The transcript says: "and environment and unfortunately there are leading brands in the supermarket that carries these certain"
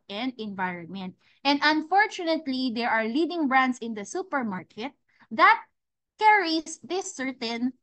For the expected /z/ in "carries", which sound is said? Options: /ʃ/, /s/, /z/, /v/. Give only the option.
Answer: /s/